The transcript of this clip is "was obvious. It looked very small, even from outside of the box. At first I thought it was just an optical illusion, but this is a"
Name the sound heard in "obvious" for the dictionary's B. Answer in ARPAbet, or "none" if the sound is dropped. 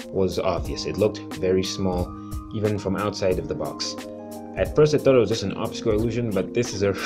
B